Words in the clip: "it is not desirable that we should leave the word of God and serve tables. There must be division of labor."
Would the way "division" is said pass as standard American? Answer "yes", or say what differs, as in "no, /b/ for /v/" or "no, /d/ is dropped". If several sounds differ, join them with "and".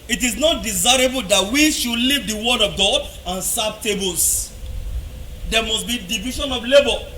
no, /ʃ/ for /ʒ/